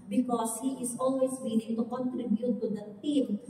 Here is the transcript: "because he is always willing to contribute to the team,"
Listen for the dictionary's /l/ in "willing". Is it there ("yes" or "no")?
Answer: no